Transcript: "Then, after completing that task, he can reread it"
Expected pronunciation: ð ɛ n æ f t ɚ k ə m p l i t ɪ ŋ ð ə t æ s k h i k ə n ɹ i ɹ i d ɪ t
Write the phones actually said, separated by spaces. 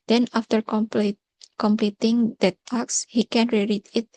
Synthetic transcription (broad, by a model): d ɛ n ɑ f t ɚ k ə m p l i t ɪ ŋ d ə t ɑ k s h i k ə n ɹ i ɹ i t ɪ t